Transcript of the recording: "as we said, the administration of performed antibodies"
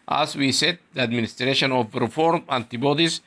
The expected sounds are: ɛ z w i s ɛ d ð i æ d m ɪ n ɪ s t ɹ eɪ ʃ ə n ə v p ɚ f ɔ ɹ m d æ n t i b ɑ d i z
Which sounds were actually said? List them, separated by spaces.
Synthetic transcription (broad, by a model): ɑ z w i s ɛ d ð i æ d m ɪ n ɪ s t ɹ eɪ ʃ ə n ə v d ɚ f ɔ ɹ m æ n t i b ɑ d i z